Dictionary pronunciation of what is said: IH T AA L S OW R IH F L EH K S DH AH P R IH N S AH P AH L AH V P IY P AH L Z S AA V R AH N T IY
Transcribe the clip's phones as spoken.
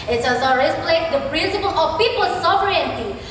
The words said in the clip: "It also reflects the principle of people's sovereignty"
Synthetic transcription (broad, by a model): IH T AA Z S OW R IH P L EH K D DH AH P R IH N S AH P AH L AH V P IY P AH L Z S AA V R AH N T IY